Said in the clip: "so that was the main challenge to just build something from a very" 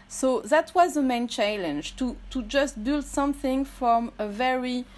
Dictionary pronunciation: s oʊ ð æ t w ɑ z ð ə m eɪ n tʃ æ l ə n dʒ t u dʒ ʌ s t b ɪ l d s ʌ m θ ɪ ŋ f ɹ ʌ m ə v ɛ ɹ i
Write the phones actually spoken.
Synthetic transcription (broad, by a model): s oʊ ð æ t w ɑ z ð ə m eɪ n tʃ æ l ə n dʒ t u dʒ ʌ s t b ɪ l d s ʌ m θ ɪ ŋ f ɹ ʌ m ə v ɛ ɹ i